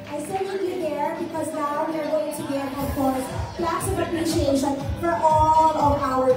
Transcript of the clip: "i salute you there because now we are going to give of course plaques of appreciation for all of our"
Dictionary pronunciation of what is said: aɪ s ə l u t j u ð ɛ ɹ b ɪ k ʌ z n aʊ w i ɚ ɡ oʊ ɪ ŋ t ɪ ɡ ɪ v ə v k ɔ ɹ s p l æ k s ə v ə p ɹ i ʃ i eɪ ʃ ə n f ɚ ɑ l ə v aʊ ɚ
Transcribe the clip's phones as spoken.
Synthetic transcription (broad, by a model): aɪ s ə n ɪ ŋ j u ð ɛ ɹ b ɪ k ʌ z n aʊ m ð ɚ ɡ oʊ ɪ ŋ t ɪ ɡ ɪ ə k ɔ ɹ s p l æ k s ə v ə p ɹ i ʃ i eɪ ʃ ə n f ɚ ɑ l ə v aʊ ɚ